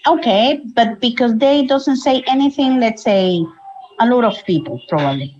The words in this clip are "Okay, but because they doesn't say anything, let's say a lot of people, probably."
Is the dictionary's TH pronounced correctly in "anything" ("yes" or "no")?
yes